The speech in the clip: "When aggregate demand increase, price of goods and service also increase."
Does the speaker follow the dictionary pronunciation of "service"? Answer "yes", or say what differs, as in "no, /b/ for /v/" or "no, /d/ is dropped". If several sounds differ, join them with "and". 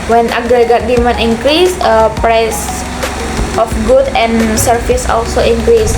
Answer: no, /f/ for /v/